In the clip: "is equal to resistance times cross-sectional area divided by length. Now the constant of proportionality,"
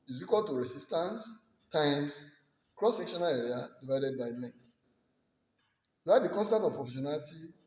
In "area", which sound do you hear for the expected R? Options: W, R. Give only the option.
R